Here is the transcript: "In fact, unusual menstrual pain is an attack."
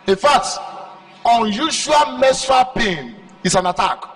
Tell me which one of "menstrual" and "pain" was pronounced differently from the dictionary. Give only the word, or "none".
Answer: menstrual